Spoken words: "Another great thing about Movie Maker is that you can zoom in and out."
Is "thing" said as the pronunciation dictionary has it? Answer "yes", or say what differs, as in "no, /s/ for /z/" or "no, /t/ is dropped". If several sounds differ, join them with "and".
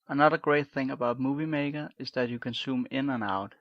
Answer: yes